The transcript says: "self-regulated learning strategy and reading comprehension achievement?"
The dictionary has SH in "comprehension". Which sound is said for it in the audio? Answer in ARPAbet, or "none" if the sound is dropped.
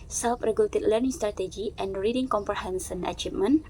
S